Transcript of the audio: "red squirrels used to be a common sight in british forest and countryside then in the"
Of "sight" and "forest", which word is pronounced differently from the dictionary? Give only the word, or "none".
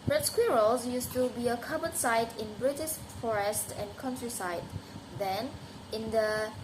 none